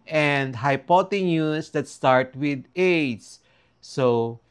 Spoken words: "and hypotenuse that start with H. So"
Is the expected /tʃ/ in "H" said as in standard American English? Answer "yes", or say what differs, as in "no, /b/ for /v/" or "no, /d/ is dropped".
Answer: no, /s/ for /tʃ/